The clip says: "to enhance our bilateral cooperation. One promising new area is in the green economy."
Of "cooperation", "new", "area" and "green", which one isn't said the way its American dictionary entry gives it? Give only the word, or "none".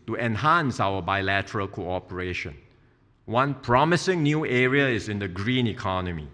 none